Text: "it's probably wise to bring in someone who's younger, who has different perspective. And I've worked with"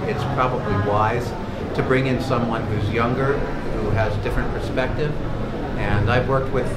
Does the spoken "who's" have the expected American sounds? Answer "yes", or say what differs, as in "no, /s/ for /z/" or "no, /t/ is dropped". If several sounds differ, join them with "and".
yes